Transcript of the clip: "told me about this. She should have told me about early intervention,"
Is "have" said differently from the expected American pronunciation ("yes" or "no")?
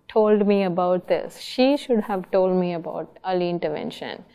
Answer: no